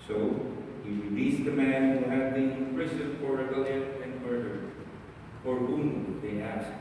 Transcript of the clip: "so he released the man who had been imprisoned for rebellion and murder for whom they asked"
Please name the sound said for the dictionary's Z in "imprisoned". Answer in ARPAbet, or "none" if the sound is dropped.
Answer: S